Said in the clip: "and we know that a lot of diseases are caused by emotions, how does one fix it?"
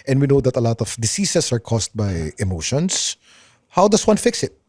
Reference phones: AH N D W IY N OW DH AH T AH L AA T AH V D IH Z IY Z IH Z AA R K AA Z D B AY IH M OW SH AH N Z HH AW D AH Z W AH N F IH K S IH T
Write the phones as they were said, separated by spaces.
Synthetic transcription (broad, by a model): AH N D W IY N OW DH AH T AH L AA T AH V D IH S IY S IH S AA R K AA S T B AY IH M OW SH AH N S HH AW D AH S W AH N F IH K S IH T